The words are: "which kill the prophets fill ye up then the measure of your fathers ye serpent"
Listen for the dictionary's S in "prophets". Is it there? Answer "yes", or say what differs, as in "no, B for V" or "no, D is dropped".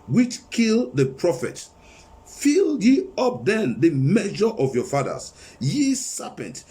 no, S is dropped